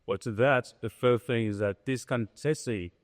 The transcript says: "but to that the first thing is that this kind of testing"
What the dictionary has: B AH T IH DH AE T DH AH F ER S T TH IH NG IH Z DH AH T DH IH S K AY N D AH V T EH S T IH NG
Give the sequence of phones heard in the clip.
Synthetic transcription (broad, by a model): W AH T IH DH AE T DH AH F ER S TH IH NG IH Z DH AH T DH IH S K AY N T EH S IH